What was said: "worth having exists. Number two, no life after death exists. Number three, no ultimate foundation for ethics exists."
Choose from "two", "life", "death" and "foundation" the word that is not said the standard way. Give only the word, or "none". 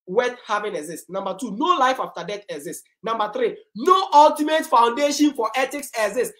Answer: death